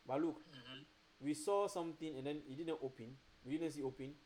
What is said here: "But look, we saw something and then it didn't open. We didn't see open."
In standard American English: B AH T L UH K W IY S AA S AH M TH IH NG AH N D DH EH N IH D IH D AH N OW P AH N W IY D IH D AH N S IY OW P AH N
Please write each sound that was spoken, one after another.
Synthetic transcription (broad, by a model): B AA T L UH K W IY S AA S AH M T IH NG AH N D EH N IH D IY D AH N OW P AH N W IY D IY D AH N S IY OW P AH N